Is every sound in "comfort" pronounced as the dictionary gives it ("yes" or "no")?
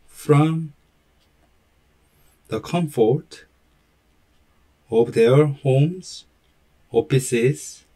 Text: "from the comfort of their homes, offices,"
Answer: yes